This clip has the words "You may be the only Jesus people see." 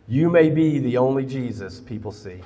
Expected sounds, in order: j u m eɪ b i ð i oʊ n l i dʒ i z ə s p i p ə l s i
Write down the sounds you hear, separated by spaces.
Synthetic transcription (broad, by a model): j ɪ m eɪ b i ð i oʊ n l i dʒ i z ə s p i p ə l s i